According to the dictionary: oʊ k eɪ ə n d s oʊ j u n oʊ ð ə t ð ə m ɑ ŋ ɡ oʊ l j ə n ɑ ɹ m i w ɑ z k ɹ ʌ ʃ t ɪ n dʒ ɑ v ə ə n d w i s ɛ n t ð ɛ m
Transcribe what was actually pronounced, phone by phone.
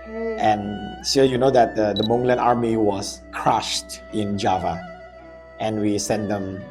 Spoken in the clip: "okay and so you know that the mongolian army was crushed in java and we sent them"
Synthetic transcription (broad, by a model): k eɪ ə n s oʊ j u n oʊ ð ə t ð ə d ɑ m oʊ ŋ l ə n ɑ ɹ m i w ɑ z k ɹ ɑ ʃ t ɪ n dʒ ɑ v ə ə n w i s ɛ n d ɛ m